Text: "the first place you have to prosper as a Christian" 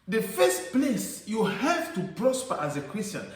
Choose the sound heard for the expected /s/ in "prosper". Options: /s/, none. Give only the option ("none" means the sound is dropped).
/s/